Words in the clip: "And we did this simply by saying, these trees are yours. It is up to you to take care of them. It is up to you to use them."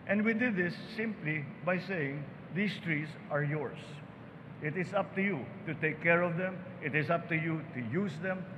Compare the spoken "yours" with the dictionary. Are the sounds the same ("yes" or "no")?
no